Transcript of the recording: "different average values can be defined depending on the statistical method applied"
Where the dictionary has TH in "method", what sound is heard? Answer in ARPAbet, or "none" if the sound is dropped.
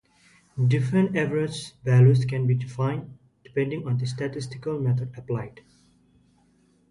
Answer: T